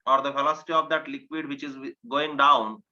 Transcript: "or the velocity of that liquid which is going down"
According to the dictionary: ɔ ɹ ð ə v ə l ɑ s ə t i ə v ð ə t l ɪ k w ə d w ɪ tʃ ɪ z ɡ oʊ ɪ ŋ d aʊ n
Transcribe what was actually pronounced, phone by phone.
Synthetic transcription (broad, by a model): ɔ ɹ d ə f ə l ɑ s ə t i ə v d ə t l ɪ k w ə d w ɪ tʃ ɪ z ɡ oʊ ɪ ŋ d aʊ n